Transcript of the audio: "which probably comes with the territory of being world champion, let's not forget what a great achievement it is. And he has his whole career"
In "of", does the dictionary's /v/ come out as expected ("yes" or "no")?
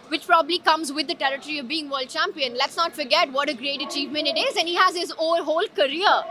yes